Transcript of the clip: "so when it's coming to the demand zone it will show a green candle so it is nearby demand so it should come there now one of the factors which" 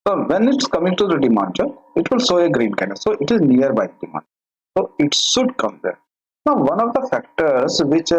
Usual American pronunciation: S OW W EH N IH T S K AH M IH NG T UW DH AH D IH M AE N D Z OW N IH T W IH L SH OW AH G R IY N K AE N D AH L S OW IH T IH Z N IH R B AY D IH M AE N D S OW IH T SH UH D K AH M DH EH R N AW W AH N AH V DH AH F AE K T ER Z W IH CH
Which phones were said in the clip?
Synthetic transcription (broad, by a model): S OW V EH N IH T S K AH M IH NG T UW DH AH D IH M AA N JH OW IH T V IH L S OW AH G R IY N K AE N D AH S S OW IH T IH Z N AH R B AY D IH M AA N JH S OW IH T SH UH D K AH M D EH R N AW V AH N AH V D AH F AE K T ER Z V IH CH